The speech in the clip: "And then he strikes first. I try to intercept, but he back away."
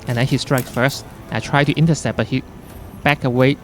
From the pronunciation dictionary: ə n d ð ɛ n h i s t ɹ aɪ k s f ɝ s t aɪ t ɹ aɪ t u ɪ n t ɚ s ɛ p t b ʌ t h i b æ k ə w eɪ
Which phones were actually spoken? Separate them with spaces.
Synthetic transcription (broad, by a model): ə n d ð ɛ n h i s t ɹ aɪ k s f ɝ s t aɪ t ɹ aɪ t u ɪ n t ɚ s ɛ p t b ʌ t h i b æ k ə w eɪ